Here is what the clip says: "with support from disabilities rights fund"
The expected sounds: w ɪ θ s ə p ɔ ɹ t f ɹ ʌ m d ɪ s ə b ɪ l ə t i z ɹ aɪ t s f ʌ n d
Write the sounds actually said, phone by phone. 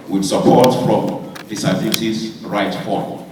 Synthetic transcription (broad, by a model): w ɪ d s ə p ɔ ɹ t f ɹ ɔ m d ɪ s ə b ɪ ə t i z ɹ aɪ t f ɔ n